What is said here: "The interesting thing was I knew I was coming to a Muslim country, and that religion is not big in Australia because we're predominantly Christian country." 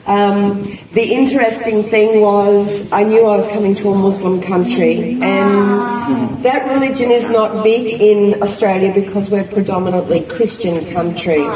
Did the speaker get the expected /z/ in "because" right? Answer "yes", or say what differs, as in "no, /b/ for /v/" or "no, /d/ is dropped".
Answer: yes